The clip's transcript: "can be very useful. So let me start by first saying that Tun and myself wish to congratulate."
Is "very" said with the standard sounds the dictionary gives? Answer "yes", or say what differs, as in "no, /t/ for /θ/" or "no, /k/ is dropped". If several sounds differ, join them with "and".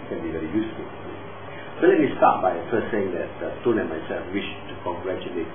yes